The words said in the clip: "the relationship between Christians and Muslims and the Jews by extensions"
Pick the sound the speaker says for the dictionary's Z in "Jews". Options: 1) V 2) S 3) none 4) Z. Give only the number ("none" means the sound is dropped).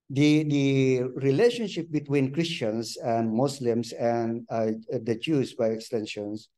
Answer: 2